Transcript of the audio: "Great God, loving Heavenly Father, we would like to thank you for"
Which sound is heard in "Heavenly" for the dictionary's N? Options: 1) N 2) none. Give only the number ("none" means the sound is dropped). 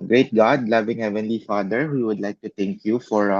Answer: 1